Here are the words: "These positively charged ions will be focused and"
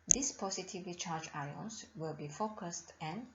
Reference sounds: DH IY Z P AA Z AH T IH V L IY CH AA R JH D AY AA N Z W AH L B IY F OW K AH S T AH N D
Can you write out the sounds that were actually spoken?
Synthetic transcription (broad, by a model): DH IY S P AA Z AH T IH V L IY CH AA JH AY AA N S W AH L B IY F OW K AH S T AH N